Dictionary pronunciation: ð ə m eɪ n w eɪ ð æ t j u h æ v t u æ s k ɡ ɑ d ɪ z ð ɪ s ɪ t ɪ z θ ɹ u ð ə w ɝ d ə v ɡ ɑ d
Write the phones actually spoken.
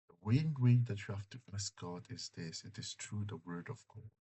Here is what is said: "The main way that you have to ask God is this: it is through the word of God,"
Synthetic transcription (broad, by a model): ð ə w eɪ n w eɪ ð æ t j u h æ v t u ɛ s ɡ ɑ d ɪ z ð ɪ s ɪ t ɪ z t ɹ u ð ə w ɝ d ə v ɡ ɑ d